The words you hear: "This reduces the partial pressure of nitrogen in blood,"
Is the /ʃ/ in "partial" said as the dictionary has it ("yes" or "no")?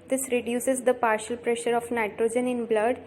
yes